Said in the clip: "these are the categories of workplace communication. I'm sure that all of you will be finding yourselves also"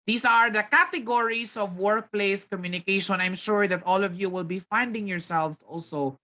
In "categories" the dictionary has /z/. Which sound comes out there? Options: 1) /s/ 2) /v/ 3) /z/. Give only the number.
1